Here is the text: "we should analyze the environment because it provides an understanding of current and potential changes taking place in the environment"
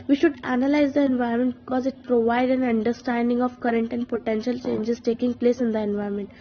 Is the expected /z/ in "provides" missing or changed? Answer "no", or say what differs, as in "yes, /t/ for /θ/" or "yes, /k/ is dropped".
yes, /z/ is dropped